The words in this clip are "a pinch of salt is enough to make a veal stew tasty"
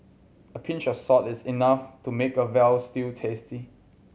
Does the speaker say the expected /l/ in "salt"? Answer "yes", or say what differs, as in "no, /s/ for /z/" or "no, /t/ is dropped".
no, /l/ is dropped